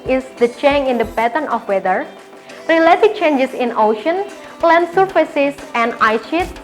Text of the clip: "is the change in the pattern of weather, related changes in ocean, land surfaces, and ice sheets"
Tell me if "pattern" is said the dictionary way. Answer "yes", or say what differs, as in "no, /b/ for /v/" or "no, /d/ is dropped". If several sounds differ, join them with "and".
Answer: no, /b/ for /p/